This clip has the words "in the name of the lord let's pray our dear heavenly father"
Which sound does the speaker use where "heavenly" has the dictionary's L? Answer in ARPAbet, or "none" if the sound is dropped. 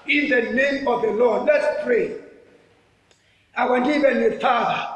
none